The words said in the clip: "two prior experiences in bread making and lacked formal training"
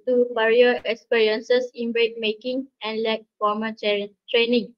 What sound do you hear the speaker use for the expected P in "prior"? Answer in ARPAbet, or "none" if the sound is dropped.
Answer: B